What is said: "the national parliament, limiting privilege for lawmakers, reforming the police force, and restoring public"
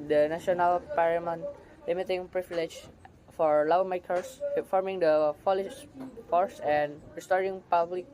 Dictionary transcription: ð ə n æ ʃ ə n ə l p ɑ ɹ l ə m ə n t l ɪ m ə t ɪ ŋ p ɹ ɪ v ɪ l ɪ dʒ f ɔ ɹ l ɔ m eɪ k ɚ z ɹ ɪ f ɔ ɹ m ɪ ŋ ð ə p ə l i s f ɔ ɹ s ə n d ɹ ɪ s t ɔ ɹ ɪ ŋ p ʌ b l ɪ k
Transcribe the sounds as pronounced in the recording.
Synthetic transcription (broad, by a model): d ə n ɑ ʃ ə n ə l p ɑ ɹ ə m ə n l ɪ m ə t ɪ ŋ p ɹ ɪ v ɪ l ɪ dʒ f ɔ ɹ l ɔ m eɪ k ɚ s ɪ f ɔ ɹ m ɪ ŋ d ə f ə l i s f ɔ ɹ s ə n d ɹ ɪ s t ɔ ɹ ɪ ŋ p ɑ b l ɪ k